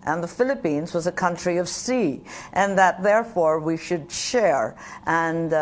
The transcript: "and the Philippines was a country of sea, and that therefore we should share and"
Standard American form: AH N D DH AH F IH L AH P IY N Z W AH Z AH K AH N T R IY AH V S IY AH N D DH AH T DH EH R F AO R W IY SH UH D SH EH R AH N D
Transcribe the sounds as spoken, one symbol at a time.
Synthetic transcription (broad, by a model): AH N DH AH F IH L AH P IY N Z W AH Z AH K AH N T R IY AH V S IY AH N DH AH T DH EH R F AO R W IY SH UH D SH EH R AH N